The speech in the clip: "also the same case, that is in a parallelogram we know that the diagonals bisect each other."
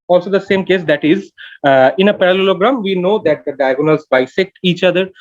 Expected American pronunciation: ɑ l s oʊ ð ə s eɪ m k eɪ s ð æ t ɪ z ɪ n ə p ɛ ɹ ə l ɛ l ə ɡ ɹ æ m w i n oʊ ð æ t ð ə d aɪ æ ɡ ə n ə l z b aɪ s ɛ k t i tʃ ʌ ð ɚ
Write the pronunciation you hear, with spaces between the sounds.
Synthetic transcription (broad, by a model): ɑ l s oʊ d ə s eɪ m k eɪ s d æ t ɪ z ɪ n ə p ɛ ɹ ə l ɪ l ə ɡ ɹ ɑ m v i n oʊ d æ t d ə d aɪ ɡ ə n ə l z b aɪ s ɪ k i tʃ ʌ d ɚ